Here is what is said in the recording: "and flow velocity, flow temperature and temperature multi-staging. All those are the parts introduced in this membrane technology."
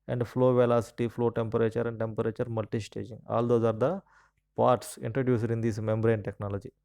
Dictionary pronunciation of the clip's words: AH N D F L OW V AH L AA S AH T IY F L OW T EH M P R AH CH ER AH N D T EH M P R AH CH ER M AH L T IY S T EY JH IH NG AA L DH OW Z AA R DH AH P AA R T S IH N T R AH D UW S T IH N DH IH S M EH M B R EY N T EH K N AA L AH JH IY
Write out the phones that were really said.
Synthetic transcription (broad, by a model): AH N D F L OW V AH L AA S AH T IY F L OW T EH M P R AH CH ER AH N D T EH M P R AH CH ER M AH L T IY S T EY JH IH NG AA L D OW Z AA R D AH P AA R T S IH N T R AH D UW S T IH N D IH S M EH M B R EY N T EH K N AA L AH JH IY